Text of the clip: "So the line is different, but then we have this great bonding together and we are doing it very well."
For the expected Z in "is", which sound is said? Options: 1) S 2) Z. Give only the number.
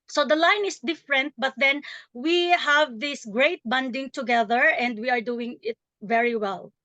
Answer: 1